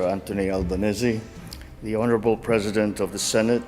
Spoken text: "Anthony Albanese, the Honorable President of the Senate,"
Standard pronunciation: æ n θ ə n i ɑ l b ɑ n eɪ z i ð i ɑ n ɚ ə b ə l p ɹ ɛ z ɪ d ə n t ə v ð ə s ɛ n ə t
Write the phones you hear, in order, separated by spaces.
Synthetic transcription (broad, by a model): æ n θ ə n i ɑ l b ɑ n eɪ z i ð i ɑ n ɚ ə b ə l p ɹ ɛ z ɪ d ə n t ə v ð ə s ɛ n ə t